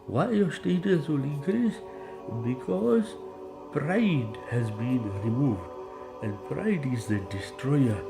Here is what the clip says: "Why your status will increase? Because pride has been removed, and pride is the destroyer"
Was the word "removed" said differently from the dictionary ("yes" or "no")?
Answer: no